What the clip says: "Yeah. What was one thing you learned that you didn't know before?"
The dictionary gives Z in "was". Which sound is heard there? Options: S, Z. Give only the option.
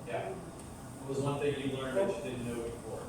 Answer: Z